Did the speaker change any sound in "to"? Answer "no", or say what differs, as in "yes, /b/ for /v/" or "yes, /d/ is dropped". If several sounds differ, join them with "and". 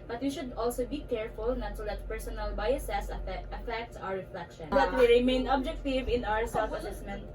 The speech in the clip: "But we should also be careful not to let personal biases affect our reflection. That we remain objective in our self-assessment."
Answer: yes, /s/ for /t/